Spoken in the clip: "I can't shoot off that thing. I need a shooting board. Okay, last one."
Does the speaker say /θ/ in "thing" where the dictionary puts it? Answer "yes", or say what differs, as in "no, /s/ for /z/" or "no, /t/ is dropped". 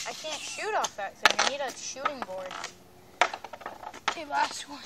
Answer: no, /s/ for /θ/